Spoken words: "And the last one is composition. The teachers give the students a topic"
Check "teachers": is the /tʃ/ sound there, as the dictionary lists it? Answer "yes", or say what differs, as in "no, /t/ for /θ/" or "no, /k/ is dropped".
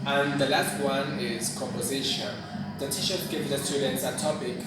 no, /ʃ/ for /tʃ/